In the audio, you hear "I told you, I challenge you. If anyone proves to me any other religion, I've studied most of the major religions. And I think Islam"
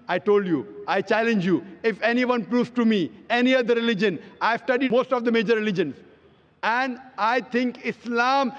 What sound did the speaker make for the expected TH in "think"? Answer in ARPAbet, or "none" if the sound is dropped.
T